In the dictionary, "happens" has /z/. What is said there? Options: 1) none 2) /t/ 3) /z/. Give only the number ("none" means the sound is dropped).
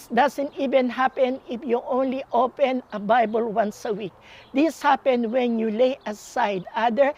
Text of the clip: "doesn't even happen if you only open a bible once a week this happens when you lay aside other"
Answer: 1